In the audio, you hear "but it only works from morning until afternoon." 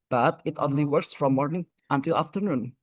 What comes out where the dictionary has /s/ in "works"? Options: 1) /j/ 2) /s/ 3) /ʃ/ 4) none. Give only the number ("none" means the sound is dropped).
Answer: 2